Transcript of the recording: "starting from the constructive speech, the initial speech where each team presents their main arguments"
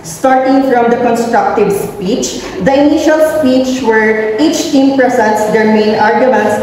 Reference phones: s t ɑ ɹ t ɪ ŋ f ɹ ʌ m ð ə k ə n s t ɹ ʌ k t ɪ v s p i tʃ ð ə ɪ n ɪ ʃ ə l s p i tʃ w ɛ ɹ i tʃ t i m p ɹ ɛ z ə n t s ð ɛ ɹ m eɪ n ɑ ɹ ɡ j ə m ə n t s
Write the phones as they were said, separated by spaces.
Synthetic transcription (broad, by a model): s t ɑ ɹ t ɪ ŋ f ɹ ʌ m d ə k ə n s t ɹ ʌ k t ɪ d s p i tʃ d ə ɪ n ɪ ʃ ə l s p i tʃ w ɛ ɹ i tʃ t i m p ɹ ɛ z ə n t s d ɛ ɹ m eɪ n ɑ ɹ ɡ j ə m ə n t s